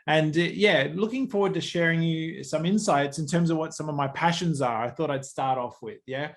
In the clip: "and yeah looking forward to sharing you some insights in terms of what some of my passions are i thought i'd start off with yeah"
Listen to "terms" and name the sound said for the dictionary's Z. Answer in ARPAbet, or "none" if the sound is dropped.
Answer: Z